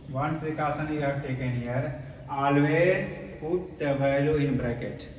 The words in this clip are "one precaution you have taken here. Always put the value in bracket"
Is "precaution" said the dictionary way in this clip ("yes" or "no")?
no